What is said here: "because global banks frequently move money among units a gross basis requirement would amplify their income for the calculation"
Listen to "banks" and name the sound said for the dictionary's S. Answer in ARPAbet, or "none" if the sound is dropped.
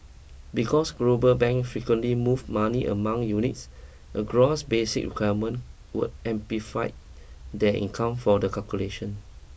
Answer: none